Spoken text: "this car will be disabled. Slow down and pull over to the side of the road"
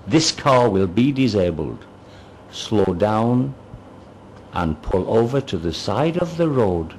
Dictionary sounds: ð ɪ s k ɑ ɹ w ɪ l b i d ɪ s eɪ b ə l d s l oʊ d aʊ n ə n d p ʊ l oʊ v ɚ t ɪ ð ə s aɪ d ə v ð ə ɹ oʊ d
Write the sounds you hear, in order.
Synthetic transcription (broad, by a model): ð ɪ s k ɑ ɹ w ɪ l b i d ɪ s eɪ b ə l d s l oʊ d aʊ n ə n p ʊ l oʊ v ɚ t ɪ ð ə s aɪ d ə v ð ə ɹ oʊ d